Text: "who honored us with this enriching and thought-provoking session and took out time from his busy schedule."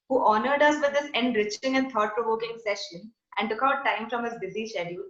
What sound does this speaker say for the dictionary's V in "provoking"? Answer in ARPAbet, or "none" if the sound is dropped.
V